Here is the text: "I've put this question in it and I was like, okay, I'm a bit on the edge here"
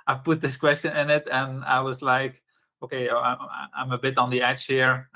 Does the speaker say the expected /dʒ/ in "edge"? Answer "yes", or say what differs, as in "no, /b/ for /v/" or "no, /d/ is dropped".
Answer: no, /tʃ/ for /dʒ/